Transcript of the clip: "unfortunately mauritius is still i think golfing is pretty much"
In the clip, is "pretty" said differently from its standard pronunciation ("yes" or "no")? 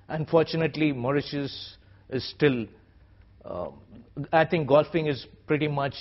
no